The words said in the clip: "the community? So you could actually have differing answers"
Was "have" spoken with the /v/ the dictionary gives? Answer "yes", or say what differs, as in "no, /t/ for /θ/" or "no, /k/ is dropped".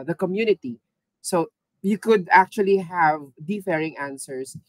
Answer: yes